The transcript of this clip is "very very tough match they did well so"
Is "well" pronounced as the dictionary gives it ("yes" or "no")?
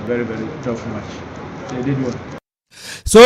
no